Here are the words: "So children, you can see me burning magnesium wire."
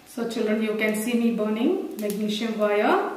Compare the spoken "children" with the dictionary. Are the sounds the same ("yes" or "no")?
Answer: yes